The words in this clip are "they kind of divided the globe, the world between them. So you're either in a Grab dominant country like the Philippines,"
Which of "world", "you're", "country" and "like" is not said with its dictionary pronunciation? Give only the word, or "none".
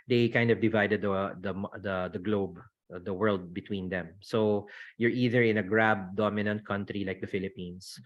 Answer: none